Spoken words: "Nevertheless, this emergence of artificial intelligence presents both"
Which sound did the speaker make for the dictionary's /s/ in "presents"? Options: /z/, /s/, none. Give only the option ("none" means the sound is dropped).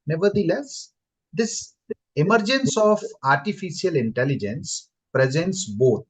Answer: /s/